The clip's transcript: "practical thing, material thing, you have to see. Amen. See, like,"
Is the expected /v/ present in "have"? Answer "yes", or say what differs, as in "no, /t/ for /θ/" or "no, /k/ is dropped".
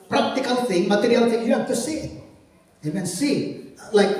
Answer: no, /f/ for /v/